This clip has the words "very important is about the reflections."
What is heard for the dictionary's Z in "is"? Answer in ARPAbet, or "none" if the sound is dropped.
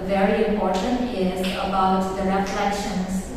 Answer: Z